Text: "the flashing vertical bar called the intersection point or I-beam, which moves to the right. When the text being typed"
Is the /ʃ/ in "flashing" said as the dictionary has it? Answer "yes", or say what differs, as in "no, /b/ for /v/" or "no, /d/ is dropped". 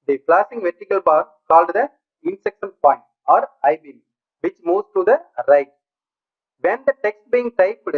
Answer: no, /s/ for /ʃ/